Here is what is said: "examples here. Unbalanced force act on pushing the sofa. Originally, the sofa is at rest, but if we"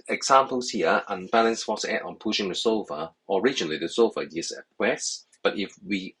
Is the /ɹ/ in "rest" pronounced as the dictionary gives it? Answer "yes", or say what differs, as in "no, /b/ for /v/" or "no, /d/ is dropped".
no, /w/ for /ɹ/